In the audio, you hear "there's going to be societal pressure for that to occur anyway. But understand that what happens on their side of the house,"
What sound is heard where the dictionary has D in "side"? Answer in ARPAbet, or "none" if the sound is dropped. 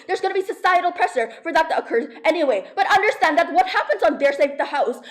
none